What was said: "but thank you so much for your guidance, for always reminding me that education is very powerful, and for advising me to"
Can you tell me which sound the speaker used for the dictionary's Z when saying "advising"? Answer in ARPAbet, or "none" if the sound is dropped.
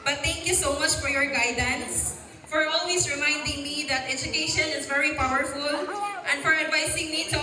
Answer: S